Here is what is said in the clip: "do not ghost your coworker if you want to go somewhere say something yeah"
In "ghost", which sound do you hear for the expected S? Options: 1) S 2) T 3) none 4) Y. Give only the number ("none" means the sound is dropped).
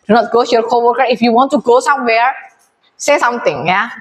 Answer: 3